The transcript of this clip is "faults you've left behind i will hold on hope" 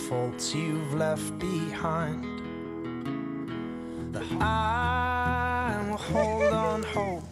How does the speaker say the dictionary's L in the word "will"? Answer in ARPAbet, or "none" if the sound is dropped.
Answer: N